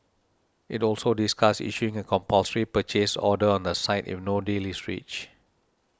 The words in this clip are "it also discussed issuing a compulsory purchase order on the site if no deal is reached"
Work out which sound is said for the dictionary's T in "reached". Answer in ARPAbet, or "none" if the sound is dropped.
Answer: none